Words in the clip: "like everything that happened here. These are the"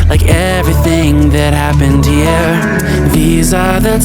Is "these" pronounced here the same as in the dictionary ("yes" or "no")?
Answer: yes